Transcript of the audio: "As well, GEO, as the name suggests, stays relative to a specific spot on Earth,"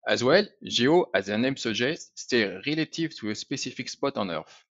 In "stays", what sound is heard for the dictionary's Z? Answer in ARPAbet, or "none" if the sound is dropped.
none